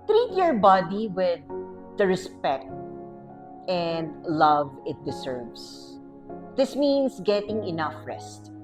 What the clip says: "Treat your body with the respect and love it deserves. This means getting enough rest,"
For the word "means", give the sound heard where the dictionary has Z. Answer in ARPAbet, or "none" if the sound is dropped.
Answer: S